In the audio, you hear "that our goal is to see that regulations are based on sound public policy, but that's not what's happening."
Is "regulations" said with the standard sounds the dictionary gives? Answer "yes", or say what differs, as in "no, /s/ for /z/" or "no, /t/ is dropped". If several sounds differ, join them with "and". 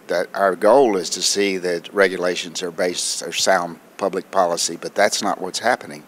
yes